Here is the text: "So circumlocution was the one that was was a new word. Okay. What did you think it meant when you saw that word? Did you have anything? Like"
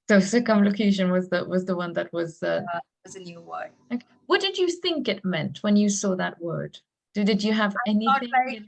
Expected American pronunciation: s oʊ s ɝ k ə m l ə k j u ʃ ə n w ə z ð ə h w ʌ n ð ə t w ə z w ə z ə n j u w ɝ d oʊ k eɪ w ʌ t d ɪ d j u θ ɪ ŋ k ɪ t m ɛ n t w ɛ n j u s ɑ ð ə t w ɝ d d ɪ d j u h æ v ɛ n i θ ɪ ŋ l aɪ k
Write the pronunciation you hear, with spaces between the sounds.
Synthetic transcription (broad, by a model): s oʊ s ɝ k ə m l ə k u ʃ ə n w ə z ð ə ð w ʌ n ð ə t w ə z w ə z ə n j u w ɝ oʊ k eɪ w ʌ t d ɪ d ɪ θ ɪ ŋ k ɪ t m ɛ n t w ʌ n j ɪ s ɑ ð ə t w ɝ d d ɪ d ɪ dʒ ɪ v ɛ n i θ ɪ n